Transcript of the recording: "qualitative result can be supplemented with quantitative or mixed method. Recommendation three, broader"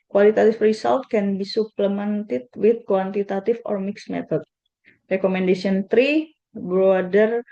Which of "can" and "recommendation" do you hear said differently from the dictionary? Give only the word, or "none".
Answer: recommendation